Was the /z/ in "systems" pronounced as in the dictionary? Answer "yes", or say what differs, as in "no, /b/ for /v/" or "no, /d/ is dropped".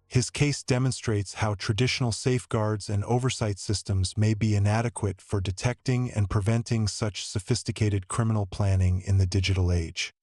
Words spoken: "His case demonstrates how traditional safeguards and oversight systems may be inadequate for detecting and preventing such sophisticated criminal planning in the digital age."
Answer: yes